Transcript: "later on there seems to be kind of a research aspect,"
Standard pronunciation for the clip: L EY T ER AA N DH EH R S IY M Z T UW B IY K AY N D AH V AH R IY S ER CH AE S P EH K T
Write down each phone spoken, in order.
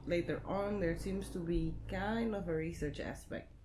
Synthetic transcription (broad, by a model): L EY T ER AA N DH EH R S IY M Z T UW B IY K AY N D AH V AH R IY S ER CH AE S P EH K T